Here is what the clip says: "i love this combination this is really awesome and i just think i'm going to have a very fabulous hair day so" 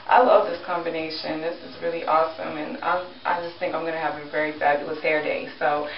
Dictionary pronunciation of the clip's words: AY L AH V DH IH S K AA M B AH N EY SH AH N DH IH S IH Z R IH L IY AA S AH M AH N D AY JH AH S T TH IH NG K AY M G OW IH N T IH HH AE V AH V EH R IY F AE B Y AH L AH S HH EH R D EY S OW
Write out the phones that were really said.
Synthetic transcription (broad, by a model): AY L AH V DH IH S K AA M B AH N EY SH AH N DH IH S IH Z R IH L IY AA S AH M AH N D AY JH AH S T TH IH NG K AY M G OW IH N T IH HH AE V AH V EH R IY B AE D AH AH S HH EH R D EY S OW